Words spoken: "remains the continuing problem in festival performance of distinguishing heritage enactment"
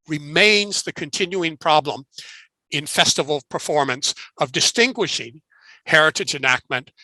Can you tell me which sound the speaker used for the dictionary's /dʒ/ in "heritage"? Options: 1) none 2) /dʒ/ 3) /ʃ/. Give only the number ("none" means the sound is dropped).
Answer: 2